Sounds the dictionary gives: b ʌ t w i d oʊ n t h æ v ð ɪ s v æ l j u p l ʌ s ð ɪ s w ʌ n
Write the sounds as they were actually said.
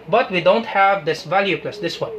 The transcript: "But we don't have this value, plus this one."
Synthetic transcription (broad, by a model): b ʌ t w i d oʊ n t h æ v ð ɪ s v æ l j u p l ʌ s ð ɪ s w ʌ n